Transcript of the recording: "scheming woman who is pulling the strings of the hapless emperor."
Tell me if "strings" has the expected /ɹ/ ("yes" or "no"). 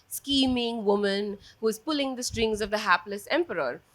yes